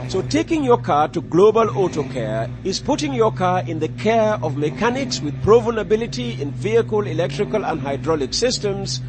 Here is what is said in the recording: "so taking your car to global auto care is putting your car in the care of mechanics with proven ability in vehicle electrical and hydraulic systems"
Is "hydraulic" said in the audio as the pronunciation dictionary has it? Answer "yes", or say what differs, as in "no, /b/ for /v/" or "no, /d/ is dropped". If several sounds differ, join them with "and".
yes